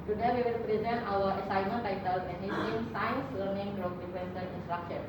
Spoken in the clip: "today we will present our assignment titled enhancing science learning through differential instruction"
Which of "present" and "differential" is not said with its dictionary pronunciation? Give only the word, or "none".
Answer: differential